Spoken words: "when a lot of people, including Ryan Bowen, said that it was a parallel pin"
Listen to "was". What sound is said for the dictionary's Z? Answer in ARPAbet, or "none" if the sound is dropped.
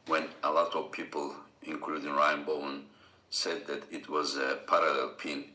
Z